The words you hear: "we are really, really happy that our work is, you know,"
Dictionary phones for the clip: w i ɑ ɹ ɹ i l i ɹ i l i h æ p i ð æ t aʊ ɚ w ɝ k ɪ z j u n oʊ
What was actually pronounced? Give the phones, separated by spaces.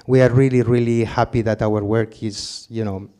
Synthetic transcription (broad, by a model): w i ɑ ɹ ɹ i l i ɹ i l i h æ p i ð æ t aʊ ɚ w ɝ k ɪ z j u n oʊ